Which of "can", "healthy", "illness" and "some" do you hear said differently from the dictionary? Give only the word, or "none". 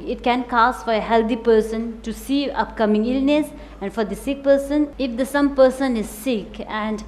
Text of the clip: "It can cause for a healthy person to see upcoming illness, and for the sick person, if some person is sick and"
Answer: healthy